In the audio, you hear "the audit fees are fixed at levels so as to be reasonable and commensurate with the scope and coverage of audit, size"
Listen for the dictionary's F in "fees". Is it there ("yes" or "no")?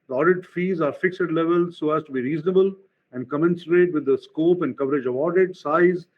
yes